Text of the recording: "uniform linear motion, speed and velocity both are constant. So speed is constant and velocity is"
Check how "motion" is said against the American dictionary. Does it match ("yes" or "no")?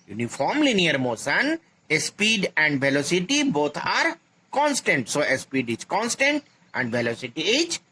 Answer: no